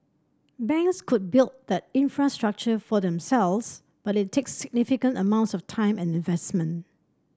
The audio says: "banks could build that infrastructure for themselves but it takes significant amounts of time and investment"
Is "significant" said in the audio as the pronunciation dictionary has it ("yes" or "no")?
yes